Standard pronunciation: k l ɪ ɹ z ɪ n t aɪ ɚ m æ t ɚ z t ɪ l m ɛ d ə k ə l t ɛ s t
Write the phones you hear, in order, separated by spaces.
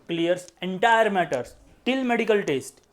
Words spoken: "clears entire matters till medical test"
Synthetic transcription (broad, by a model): k l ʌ ɹ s ɪ n t aɪ ɚ m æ t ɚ s t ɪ l m ɛ d ə k ə l t ɛ s t